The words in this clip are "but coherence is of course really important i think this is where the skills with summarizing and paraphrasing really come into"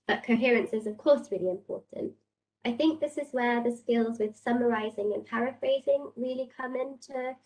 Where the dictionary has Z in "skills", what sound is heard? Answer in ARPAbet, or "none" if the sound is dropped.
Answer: Z